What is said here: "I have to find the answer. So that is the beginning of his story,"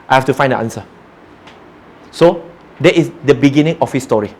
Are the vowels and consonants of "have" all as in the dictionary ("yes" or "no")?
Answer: no